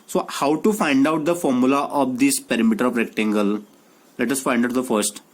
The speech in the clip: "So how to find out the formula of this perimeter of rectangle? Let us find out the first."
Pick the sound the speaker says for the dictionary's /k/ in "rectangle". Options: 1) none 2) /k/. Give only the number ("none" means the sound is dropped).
2